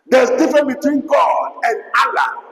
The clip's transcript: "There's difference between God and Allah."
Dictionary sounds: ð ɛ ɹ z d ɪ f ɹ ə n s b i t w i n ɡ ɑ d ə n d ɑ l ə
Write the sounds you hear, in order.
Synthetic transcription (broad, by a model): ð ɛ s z d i f ɹ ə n b i t w i n ɡ ɑ d ə n d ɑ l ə